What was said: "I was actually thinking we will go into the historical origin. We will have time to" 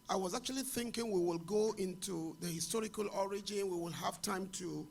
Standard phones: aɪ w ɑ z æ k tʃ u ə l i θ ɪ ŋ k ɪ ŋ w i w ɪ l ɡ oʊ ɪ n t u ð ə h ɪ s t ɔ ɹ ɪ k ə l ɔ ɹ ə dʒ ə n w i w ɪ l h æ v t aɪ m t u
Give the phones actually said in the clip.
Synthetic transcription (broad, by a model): aɪ w ɑ z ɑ k tʃ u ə l i θ ɪ ŋ k ɪ ŋ w i w ɪ l ɡ oʊ ɪ n t u ð ə h ɪ s t ɔ ɹ ɪ k ə l ɔ ɹ ə dʒ ə n w i w ɪ l h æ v t aɪ m t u